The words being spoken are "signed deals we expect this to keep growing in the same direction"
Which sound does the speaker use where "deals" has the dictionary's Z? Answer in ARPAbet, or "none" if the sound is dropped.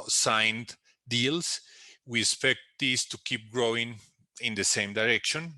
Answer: S